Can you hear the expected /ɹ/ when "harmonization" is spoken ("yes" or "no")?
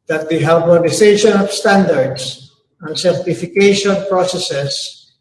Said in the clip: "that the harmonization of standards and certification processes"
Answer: no